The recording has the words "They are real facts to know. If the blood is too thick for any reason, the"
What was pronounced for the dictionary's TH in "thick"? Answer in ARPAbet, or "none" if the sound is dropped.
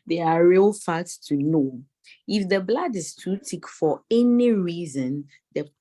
T